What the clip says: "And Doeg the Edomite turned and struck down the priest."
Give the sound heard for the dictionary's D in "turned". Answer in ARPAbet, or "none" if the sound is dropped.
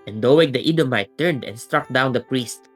D